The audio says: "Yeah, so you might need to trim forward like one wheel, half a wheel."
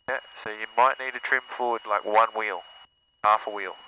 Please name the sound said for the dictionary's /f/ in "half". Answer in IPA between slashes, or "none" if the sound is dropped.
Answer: /f/